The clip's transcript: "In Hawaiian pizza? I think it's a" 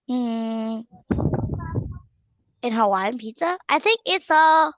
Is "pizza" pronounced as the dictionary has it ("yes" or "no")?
no